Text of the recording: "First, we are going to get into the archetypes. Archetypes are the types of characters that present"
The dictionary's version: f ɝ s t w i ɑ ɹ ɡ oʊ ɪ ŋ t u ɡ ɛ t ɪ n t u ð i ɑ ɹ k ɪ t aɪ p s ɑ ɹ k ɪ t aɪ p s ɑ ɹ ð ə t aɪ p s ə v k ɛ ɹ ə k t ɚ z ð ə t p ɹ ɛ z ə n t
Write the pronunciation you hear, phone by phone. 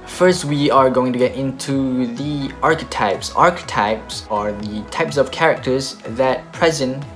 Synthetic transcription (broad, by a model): f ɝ s t w i ɑ ɹ ɡ oʊ ɪ ŋ t u ɡ ɛ t ɪ n t u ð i ɑ ɹ k ɪ t aɪ p s ɑ ɹ k ɪ t aɪ p s ɑ ɹ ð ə t aɪ p s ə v k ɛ ɹ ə k t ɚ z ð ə t p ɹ ɛ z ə n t